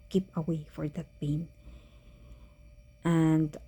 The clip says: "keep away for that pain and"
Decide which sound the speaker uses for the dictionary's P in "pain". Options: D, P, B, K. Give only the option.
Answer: B